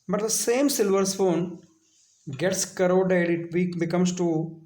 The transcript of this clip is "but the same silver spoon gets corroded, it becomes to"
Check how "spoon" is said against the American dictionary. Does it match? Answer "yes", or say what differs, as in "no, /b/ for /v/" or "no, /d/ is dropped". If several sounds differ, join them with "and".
no, /f/ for /p/